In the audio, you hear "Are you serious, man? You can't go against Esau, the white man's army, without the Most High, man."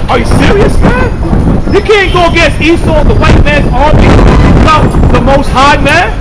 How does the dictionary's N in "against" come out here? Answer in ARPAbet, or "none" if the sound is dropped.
none